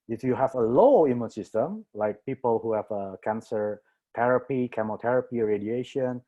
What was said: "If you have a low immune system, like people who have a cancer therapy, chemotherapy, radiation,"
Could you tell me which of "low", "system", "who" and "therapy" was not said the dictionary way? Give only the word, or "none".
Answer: therapy